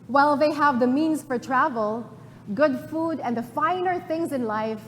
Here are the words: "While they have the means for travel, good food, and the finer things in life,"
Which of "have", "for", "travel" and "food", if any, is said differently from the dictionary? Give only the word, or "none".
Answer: none